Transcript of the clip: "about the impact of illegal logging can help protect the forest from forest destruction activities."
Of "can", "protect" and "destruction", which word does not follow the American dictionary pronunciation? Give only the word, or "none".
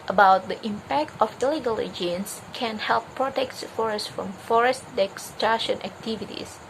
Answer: destruction